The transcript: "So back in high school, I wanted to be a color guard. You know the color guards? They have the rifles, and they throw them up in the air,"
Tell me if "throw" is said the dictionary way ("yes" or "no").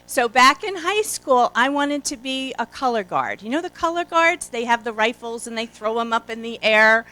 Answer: yes